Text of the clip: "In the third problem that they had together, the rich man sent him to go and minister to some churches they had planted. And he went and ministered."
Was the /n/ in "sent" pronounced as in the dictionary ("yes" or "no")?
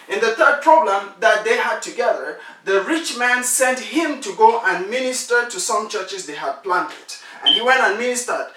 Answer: yes